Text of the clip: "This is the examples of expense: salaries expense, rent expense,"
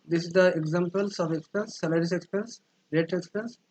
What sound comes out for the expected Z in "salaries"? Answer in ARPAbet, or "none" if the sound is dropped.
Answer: S